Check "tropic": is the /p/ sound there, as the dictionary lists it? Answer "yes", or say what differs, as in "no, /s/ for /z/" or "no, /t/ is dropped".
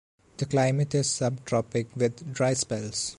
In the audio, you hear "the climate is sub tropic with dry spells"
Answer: yes